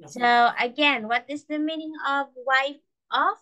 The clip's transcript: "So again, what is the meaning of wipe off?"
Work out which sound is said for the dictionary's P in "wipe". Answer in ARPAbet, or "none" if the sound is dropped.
F